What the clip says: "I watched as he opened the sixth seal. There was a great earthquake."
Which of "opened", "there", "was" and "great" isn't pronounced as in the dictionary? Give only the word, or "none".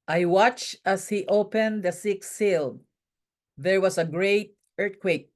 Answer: was